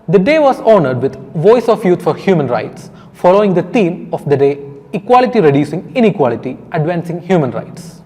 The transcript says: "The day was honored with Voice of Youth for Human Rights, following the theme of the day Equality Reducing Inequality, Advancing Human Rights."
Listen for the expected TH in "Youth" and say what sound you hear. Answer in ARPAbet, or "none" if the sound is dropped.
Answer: T